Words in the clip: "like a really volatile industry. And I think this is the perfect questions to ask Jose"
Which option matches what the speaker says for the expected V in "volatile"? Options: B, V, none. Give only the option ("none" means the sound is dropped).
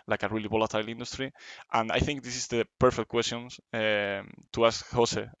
B